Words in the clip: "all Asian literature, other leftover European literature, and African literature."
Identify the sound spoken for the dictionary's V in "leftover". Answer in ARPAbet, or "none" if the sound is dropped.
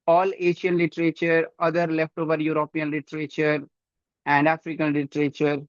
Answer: V